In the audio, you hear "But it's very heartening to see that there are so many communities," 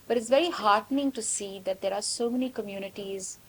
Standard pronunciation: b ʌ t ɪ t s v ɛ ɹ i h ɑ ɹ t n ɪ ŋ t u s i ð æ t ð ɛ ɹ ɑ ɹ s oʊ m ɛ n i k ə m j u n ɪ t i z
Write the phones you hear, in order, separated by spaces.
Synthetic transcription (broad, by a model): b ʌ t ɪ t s v ɛ ɹ i h ɑ ɹ t n ɪ ŋ t u s i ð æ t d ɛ ɹ ɑ ɹ s oʊ m ɛ n i k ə m j u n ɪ t i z